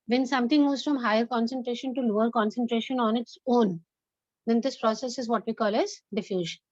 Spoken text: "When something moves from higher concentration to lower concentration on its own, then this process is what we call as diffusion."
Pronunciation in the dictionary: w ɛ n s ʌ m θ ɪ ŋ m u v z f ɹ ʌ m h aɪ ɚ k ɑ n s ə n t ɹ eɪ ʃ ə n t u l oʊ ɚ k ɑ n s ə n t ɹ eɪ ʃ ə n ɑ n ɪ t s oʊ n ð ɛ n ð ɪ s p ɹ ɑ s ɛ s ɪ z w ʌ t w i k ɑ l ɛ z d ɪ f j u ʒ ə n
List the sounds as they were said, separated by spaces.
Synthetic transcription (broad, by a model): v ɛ n s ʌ m t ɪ ŋ m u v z f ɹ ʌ m h aɪ ɚ k ɑ n s ə n t ɹ eɪ ʃ ə n t u l oʊ ɚ k ɑ n s ə n t ɹ eɪ ʃ ə n ɑ n ɪ t s oʊ n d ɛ n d ɪ s p ɹ ɑ s ɛ s ɪ z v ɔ t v i k ɑ l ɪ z d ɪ f j u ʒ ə n